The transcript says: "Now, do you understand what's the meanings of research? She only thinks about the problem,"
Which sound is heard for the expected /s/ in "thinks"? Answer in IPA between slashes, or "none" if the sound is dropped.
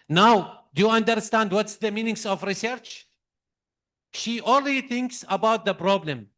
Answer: /s/